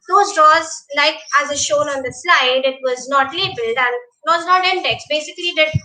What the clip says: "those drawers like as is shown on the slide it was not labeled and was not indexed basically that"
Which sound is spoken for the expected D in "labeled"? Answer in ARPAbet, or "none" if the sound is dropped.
D